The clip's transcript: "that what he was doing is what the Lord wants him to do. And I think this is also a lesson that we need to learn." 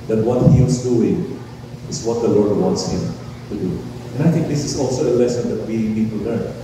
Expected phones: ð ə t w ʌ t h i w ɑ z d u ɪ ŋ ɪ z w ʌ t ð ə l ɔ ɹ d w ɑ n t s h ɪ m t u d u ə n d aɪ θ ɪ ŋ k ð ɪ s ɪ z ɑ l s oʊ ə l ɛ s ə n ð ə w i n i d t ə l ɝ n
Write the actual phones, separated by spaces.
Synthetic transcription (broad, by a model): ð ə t w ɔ t h i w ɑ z d u ɪ ŋ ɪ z w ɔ t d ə l ɔ ɹ d w ɑ n t s h ɪ m t u d u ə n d aɪ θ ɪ ŋ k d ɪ s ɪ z ɑ l s oʊ ə l ɛ s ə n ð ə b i l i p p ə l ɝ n